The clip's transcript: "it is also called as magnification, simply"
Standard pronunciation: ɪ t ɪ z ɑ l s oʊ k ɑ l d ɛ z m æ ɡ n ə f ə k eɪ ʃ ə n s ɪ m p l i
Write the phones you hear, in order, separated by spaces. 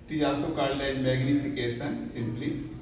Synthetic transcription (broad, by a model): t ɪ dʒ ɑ s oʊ k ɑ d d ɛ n m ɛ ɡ n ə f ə k eɪ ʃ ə n s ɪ m p l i